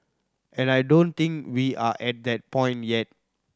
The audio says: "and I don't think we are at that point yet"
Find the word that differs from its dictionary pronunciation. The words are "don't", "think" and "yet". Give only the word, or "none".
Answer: think